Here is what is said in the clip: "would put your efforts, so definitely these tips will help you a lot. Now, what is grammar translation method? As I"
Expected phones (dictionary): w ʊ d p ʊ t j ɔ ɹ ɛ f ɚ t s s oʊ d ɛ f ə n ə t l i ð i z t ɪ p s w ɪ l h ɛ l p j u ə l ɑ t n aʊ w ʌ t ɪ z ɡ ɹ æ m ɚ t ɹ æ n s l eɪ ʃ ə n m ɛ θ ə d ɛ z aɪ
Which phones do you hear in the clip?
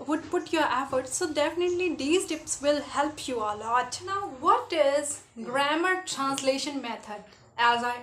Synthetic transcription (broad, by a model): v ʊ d p ʊ t j ɔ ɹ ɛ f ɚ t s s oʊ d ɛ f ə n ə t l i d i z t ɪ p s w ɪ l h ɛ l p j u ə l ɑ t n aʊ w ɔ t ɪ z ɡ ɹ æ m ɚ t ɹ æ n s l eɪ ʃ ə n m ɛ t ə d ɛ z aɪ